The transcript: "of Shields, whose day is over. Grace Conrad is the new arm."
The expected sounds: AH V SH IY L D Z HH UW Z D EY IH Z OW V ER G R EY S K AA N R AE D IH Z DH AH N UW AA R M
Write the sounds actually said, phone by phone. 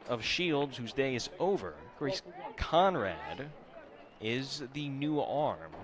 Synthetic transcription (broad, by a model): AH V SH IY L D Z HH UW Z D EY IH Z OW V ER G R EY S K AA N R AE D IH Z DH AH N UW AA R M